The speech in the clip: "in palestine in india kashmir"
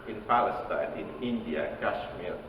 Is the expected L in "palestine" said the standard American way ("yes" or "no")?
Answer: yes